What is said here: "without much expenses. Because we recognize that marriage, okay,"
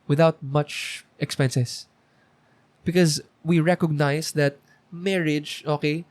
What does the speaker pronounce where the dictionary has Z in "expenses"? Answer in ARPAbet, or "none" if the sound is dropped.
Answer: S